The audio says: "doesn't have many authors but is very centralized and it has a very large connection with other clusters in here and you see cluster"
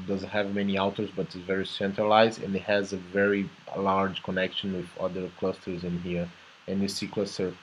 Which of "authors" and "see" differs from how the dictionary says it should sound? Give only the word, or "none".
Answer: authors